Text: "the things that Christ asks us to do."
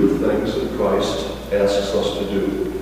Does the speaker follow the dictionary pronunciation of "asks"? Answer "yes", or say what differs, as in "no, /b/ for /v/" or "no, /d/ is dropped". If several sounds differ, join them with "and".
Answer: no, /k/ is dropped